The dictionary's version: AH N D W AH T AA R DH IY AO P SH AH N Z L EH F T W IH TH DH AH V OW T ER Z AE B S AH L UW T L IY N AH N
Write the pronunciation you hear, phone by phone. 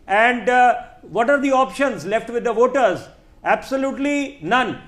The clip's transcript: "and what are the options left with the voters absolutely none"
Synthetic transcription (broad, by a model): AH N D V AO T AA R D IY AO P SH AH N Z L EH F T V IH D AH V OW T ER Z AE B S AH L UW T L IY N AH N